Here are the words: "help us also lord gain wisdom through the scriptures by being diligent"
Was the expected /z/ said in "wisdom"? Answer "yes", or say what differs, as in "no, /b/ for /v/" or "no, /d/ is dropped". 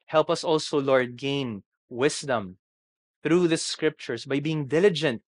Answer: no, /s/ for /z/